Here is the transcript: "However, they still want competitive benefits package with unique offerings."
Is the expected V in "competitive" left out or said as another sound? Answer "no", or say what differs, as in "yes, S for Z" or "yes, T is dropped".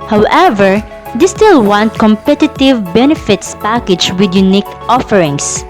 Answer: no